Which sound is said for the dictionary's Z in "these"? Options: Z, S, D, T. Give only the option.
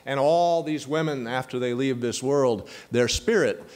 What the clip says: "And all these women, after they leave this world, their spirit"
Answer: Z